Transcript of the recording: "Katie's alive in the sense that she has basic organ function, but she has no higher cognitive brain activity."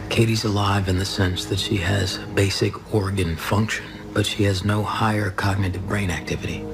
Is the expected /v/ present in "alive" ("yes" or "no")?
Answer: yes